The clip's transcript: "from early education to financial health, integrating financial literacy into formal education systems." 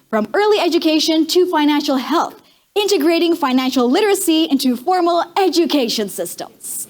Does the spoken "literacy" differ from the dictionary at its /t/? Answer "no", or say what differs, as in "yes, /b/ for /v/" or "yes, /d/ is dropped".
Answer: no